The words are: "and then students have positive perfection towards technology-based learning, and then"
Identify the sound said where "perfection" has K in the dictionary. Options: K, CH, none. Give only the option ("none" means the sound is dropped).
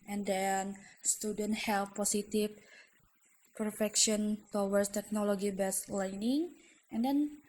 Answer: K